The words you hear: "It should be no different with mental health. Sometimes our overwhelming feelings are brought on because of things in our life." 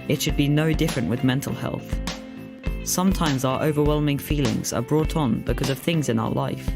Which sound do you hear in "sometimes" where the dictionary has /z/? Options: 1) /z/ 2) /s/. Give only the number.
1